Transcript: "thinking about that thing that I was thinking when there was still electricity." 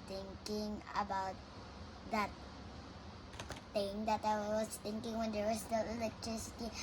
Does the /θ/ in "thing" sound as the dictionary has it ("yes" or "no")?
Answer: no